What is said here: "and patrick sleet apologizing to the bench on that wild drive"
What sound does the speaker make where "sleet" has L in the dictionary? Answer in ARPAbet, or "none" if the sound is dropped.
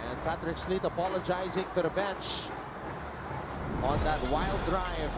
L